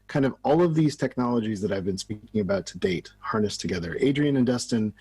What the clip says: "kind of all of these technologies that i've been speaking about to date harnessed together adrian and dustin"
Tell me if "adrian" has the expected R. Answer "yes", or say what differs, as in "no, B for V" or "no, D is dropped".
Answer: yes